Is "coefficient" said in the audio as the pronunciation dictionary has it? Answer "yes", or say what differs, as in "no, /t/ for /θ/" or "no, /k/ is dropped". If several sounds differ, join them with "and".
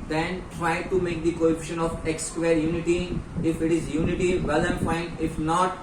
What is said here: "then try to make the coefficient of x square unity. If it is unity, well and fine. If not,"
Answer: no, /t/ is dropped